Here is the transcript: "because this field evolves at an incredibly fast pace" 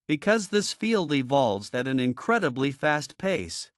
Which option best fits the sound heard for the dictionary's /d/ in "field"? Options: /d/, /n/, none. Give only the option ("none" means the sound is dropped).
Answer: /d/